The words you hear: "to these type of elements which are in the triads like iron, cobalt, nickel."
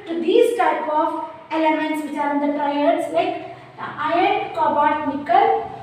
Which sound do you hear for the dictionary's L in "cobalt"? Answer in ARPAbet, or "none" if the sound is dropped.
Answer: none